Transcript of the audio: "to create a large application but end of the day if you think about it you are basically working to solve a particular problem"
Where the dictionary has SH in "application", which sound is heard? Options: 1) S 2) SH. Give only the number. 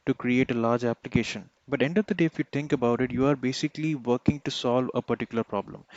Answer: 2